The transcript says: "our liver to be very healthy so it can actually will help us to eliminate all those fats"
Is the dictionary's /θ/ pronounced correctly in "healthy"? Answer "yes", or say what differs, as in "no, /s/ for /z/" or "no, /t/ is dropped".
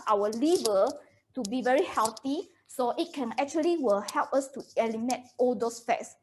no, /t/ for /θ/